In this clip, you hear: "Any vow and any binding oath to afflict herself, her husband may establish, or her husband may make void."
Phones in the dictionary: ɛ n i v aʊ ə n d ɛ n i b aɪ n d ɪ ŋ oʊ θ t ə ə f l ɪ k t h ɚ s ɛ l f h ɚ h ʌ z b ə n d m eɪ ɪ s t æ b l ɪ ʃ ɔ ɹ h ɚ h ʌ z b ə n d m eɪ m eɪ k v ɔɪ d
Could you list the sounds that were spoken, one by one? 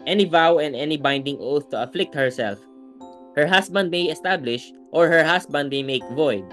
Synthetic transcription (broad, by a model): ɛ n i v aʊ ə n d ɛ n i b aɪ n d ɪ ŋ oʊ θ t ə ə f l ɪ k t h ɚ s ɛ l f h ɚ h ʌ s b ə n d m eɪ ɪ s t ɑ b l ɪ ʃ ɔ ɹ h ɚ h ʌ s b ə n d m eɪ m eɪ k v ɔɪ d